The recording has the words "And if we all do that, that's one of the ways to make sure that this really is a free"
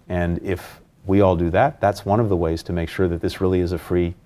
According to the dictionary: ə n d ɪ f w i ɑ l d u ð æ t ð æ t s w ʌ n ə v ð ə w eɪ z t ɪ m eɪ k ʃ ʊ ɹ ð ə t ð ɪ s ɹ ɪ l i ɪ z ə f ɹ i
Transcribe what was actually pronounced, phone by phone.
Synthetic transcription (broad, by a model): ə n ɪ f w i ɑ l d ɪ ð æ t ð æ t s w ʌ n ə v ð ə w eɪ z t ɪ m eɪ k ʃ ʊ ɹ ð ə t ð ɪ s ɹ ɪ l i ɪ z ə f ɹ i